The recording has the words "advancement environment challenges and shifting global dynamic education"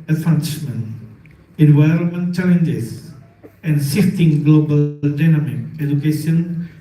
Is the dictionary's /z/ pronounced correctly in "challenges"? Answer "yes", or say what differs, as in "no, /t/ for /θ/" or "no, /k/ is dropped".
no, /s/ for /z/